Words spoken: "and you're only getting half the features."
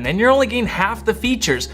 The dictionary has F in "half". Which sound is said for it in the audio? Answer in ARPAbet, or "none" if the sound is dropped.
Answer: F